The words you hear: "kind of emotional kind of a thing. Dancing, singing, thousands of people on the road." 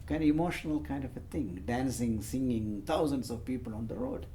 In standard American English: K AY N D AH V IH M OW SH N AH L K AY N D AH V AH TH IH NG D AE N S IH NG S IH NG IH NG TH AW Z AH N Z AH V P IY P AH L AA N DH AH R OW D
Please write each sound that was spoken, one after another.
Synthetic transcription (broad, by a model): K AY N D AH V IH M OW SH N AH L K AY N D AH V AH T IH NG D AE N S IH NG S IH NG IH NG T AW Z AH N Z AH V P IY P AH L AA N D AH R OW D